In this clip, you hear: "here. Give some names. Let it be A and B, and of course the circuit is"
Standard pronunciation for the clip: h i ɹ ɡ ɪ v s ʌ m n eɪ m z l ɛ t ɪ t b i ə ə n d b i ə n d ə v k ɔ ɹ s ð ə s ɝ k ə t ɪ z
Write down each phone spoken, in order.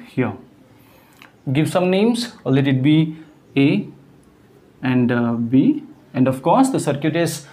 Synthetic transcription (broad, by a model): h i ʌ ɡ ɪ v s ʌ m n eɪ m s l ɛ t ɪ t b i ə ə n d b i ə n d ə f k ɔ s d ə s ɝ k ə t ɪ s